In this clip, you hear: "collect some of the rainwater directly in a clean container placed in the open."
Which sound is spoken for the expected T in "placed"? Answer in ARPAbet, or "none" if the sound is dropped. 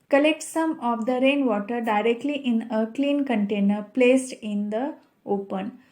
T